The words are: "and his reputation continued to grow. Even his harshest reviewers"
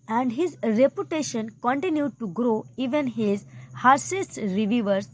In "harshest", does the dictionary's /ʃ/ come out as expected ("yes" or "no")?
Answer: no